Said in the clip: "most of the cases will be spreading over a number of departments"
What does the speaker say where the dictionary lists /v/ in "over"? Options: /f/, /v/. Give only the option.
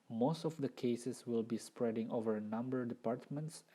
/v/